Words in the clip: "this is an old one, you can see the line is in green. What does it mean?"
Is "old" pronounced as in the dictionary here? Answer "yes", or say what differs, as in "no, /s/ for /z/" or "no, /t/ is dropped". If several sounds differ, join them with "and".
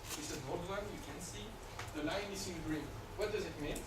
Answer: no, /l/ is dropped